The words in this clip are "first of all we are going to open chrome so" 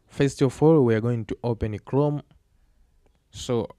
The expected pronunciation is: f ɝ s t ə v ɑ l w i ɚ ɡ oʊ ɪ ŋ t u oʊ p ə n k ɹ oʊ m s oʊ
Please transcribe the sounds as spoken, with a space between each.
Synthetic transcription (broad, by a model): f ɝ s t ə f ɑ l w i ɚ ɡ oʊ ɪ ŋ t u oʊ p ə n k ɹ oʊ m s oʊ